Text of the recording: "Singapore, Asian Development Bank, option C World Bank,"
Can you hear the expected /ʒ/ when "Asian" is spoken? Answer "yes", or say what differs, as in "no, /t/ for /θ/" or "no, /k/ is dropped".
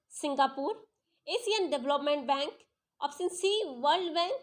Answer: no, /s/ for /ʒ/